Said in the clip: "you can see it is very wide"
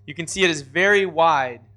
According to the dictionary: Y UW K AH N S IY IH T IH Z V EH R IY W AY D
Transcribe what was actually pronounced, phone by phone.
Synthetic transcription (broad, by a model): Y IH K AH N S IY IH T IH Z V EH R IY W AY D